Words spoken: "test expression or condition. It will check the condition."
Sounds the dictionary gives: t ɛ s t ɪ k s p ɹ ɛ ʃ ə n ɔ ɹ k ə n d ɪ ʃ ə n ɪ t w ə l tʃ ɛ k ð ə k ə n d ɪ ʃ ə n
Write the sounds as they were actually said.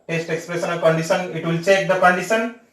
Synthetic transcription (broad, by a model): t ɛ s t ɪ k s p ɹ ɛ s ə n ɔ l k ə n d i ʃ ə n ɪ t w ə l tʃ ɛ k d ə k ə n d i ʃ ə n